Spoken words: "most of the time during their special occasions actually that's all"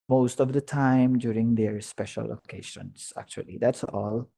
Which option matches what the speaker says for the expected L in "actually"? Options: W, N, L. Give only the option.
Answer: L